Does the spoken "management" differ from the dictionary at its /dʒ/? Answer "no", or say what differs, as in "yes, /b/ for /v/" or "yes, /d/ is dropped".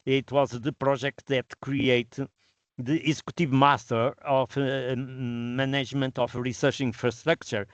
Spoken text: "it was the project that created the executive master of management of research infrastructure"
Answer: yes, /ʒ/ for /dʒ/